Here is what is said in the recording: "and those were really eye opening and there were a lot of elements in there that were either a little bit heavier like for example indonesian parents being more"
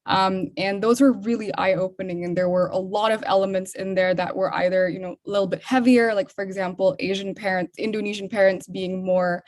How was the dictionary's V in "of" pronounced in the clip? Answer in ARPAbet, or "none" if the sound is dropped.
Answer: V